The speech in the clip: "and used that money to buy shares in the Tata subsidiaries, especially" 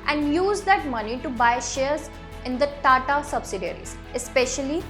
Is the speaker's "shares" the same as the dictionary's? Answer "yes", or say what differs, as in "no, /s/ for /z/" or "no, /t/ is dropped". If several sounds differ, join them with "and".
yes